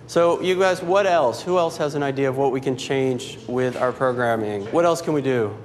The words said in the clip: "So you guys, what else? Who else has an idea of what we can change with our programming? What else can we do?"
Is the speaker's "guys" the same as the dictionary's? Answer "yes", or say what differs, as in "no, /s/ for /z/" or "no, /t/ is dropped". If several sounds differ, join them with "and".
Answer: yes